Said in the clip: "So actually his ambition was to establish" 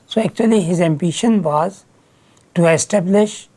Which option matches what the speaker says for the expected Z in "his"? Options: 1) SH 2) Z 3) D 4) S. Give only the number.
2